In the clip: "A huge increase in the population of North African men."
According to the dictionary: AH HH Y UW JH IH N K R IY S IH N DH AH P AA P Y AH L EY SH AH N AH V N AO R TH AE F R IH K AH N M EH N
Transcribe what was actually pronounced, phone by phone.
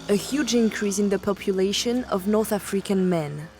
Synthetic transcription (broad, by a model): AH HH Y UW JH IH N K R IY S IH N DH AH P AA P Y AH L EY SH AH N AH V N AO R TH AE F R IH K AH N M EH N